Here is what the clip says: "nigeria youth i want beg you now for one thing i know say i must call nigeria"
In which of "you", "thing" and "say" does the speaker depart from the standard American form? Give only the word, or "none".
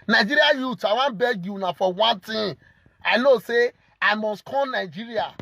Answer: thing